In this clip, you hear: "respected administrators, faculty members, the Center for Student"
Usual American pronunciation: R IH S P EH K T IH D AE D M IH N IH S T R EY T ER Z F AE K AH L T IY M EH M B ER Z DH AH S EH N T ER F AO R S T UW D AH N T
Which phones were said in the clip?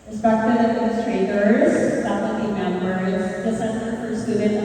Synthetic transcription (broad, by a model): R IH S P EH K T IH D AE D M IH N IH S T R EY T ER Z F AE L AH T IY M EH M ER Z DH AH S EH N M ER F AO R S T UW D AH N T